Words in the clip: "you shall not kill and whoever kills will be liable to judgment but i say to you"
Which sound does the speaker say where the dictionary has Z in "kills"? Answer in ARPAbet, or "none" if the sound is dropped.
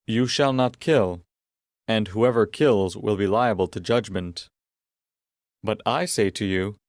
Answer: Z